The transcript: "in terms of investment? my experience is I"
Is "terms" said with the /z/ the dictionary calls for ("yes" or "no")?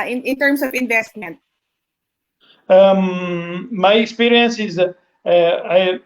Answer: no